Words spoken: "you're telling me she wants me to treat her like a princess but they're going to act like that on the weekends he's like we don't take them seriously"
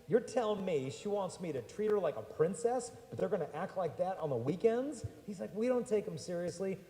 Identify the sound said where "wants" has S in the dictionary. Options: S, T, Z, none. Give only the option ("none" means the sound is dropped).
S